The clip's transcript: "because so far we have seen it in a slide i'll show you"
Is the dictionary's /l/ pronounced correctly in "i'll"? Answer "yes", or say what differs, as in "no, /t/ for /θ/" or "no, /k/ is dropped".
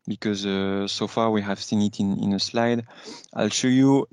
yes